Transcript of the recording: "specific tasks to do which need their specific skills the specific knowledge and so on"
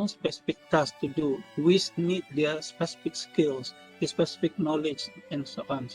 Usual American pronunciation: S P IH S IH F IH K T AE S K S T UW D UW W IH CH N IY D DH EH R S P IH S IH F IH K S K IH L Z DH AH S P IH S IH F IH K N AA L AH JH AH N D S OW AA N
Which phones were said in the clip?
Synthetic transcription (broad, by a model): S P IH S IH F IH K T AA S S T UW D UW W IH S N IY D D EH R S P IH S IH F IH K S K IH L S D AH S P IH S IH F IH K N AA L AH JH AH N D S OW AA N